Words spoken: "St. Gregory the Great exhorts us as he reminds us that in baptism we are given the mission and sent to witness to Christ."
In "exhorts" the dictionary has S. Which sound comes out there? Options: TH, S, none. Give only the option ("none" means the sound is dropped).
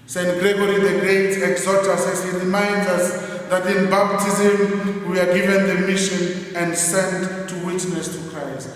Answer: none